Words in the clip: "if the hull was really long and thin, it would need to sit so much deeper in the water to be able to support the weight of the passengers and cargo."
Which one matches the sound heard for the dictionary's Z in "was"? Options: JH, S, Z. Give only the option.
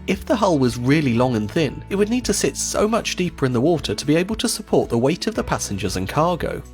Z